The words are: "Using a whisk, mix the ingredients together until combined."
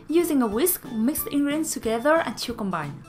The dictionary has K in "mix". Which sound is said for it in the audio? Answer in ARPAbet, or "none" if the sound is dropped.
K